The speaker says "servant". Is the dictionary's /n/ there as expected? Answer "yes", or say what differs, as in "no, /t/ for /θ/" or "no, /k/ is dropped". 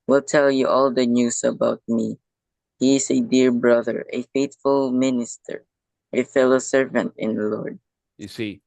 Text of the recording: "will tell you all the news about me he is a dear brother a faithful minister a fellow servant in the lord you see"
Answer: yes